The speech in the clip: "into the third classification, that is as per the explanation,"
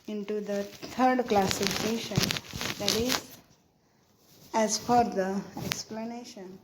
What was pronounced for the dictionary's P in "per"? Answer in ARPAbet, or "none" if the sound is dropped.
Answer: F